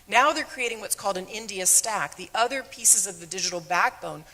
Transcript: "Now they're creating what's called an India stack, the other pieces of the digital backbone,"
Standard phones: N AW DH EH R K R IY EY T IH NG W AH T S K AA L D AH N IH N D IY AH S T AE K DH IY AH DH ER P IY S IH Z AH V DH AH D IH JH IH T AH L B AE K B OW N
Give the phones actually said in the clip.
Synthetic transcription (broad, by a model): N AW DH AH R K R IY EY T IH NG W AH T S K AA L D AH N IH N D IY AH S T AE K DH IY AH DH ER P IY S IH Z AH V DH AH D IH JH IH T L B AE K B OW N